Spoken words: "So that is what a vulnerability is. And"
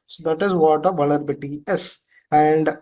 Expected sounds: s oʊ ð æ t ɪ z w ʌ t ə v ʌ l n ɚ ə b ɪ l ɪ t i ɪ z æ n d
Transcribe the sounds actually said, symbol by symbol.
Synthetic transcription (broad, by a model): s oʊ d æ t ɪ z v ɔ t ə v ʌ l ɚ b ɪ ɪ t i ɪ s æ n d